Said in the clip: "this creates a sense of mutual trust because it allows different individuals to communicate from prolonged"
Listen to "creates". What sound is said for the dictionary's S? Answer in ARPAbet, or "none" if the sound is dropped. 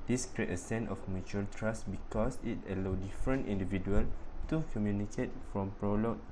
none